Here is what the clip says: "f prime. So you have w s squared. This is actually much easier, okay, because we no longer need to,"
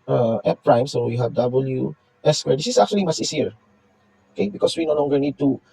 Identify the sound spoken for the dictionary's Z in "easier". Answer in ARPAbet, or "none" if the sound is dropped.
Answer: S